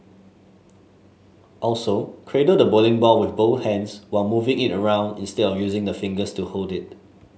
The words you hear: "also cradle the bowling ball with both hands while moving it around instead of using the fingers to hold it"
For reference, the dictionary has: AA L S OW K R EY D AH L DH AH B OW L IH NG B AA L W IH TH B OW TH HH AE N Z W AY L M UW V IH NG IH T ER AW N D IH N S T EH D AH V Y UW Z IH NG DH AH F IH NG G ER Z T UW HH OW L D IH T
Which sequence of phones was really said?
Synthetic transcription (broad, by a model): AA L S OW K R EY D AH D AH B OW L IH NG B AA L W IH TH B OW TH HH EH N S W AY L M UW V IH NG IH T ER AW N D IH N S T EH D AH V Y UW Z IH NG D AH F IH NG G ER S T UW HH OW L D IH T